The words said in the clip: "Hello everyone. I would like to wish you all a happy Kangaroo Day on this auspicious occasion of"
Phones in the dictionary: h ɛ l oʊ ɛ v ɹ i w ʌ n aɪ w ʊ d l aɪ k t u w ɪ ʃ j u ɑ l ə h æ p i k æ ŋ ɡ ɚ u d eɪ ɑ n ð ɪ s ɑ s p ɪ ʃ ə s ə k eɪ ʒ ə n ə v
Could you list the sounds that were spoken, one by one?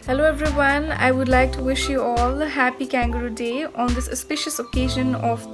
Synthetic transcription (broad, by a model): h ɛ l oʊ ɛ v ɹ i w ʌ n aɪ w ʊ d l aɪ k t u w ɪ ʃ j u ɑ l ə h æ p i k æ ŋ ɡ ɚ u d eɪ ɑ n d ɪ s ɑ s p ɪ ʃ ə s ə k eɪ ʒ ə n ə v